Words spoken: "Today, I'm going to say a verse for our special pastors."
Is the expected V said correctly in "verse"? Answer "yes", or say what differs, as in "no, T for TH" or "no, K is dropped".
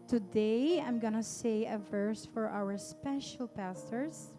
yes